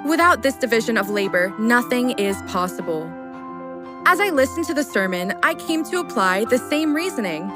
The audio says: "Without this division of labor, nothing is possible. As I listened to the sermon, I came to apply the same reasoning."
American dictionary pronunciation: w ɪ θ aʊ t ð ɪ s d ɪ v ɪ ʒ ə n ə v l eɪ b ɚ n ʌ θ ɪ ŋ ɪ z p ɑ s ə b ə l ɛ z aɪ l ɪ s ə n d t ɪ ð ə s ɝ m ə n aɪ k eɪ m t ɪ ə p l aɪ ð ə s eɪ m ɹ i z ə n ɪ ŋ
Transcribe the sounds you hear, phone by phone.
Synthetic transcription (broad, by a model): w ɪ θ aʊ t ð ɪ s d ɪ v ɪ ʒ ə n ə v l eɪ b ɚ n ʌ θ ɪ ŋ ɪ z p ɑ s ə b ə l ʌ z aɪ l ɪ s n t ɪ ð ə s ɝ m ə n aɪ k eɪ m t ɪ ə p l aɪ ð ə s eɪ m ɹ i z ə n ɪ ŋ